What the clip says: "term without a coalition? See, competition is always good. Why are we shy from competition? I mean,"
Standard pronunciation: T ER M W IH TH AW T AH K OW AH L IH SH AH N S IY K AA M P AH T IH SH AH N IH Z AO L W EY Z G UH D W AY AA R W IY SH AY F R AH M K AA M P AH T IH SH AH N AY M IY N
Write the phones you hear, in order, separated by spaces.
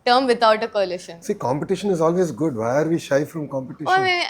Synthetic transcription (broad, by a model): T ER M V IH T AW T AH K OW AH L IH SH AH N S IY K AA M P AH T IH SH AH N IH Z AO L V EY Z G UH D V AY R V IY SH AY F R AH M K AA M P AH T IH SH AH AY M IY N